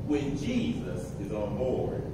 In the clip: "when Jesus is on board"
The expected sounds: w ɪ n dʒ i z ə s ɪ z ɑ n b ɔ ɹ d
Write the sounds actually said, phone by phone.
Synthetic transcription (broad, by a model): w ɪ n dʒ i z ə s ɪ z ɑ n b ɔ ɹ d